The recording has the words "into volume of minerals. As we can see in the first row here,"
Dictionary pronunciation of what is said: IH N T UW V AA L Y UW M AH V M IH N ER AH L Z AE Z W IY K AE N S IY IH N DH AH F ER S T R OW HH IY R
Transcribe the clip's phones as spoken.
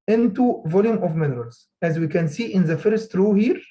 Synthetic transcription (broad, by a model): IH N T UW V AA L Y UW M AH V M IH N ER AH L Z AE Z W IY K AE N S IY IH N DH AH F ER S T R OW HH IY R